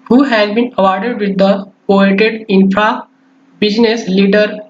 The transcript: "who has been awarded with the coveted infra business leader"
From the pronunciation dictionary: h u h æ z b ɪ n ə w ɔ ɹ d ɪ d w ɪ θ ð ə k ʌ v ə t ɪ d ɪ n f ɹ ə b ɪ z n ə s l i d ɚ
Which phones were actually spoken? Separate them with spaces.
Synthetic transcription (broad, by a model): h u h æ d b ɪ n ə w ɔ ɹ d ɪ d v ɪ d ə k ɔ ə t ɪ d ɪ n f ɹ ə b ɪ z n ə s l i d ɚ